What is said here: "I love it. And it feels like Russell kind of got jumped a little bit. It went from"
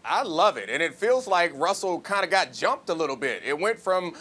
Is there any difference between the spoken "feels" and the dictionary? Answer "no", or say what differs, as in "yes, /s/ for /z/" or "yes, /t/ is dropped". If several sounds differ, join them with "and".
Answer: no